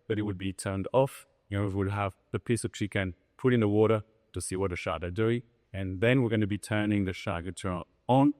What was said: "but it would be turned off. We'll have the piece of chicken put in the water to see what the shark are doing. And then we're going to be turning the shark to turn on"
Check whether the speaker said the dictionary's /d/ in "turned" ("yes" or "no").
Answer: yes